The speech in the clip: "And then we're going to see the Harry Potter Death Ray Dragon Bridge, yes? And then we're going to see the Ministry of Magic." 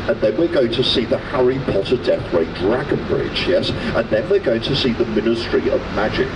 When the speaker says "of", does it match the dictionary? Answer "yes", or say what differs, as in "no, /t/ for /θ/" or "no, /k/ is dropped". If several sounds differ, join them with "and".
yes